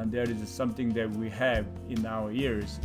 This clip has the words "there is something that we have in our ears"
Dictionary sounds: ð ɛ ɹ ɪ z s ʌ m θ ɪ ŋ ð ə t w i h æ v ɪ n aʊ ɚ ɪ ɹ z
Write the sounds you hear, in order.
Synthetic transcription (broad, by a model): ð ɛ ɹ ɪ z s ʌ m θ ɪ ŋ ð ə t w i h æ v ɪ n aʊ ɚ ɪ ɹ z